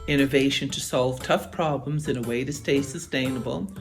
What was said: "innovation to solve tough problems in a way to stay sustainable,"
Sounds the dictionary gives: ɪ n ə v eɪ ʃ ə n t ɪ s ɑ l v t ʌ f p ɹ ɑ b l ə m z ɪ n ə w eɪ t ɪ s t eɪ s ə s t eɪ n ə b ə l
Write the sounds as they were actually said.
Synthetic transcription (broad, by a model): ɪ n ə v eɪ ʃ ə n t ɪ s ɑ l v t ʌ f p ɹ ɑ b l ə m z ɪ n ə w eɪ t ɪ s t eɪ s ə s t eɪ n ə b l